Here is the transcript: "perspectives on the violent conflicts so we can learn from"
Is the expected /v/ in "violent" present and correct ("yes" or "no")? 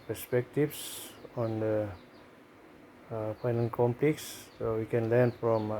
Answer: no